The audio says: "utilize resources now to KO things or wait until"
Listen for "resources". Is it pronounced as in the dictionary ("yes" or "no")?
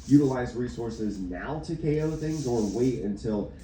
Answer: yes